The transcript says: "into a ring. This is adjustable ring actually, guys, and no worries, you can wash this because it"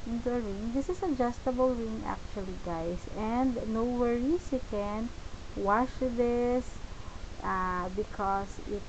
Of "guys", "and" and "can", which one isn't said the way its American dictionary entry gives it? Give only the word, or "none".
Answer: guys